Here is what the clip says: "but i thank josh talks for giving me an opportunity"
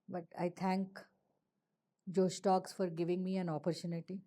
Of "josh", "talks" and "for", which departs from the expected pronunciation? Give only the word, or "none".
josh